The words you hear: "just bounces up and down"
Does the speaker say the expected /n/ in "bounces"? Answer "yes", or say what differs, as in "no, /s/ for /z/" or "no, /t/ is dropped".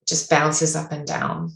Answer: no, /l/ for /n/